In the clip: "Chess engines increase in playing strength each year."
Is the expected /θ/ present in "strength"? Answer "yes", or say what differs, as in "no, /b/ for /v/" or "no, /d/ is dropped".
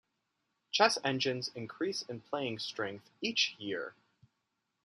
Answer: yes